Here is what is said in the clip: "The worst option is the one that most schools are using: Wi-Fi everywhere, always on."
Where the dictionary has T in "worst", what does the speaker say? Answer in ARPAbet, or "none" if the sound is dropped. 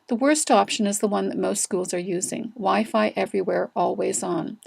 T